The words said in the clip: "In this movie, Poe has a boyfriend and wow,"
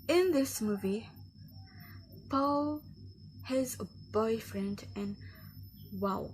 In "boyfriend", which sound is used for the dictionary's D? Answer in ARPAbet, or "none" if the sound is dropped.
D